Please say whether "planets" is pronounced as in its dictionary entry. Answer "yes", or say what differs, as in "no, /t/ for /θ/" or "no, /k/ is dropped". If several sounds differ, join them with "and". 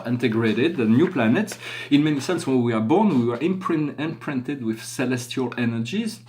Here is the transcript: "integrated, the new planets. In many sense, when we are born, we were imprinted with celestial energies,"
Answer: yes